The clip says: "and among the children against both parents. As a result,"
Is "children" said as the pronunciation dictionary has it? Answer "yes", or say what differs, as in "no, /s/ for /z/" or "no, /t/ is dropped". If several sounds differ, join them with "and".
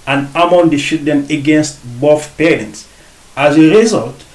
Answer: no, /ʃ/ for /tʃ/ and /ɹ/ is dropped